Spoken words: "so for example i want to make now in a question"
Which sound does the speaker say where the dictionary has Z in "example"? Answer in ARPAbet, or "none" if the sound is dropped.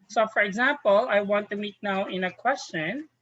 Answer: Z